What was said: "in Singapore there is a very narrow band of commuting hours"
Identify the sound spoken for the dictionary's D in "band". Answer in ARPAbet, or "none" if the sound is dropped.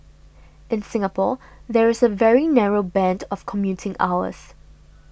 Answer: D